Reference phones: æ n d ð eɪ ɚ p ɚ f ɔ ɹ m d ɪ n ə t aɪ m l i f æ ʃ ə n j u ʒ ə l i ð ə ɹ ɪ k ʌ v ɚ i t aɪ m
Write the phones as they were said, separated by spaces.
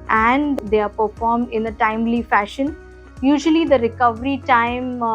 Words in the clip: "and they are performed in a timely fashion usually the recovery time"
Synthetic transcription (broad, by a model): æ n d eɪ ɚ p ɚ f ɔ ɹ m d ɪ n ə t aɪ m l i f æ ʃ ə n j u ʒ ə l i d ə ɹ ɪ k ʌ v ɚ i t aɪ m